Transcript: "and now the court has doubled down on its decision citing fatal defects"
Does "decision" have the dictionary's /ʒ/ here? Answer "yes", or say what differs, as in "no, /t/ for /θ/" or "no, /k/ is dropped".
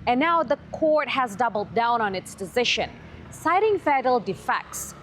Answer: no, /ʃ/ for /ʒ/